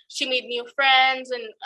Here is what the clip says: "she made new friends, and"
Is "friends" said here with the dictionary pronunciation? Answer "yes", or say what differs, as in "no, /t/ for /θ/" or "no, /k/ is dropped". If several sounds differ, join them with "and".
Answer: yes